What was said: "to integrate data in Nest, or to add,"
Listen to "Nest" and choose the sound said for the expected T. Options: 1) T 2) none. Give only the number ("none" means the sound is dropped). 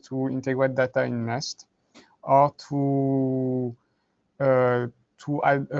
1